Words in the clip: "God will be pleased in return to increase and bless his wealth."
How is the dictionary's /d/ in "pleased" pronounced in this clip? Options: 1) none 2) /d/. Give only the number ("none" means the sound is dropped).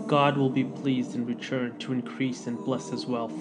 2